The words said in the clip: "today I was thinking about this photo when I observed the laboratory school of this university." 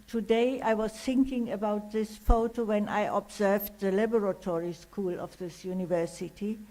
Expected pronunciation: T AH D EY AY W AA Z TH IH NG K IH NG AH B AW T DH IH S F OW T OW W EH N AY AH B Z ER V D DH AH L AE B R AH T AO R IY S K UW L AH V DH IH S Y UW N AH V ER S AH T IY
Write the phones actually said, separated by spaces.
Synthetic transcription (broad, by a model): T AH D EY AY W AA Z TH IH NG K IH NG AH B AW T DH IH S F OW T OW W EH N AY AH B Z ER V D DH AH L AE B R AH T AO R IY S K UW L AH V DH IH S Y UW N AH V ER S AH T IY